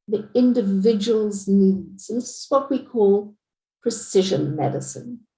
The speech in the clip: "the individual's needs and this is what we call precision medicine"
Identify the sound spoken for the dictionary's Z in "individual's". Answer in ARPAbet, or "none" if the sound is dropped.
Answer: Z